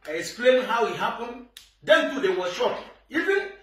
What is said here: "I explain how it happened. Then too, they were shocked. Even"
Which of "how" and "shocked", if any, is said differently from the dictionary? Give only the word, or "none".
shocked